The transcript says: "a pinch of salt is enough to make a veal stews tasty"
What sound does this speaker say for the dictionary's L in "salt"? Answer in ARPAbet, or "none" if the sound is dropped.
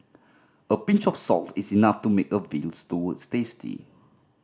L